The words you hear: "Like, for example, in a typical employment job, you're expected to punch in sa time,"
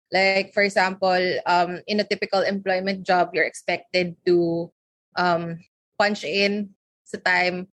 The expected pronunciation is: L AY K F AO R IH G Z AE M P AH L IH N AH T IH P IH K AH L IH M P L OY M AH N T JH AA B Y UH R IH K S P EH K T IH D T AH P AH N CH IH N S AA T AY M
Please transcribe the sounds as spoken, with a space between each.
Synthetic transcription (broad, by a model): L AY K F AO R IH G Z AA M P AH L IH N AH T IH P IH K AH L IH M P L OY M AH N T JH AA B Y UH R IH K S P EH K T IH D T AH P AH N CH IH N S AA T AY M